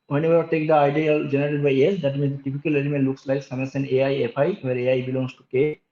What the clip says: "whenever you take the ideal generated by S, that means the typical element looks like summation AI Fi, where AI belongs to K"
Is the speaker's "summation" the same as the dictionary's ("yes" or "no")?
no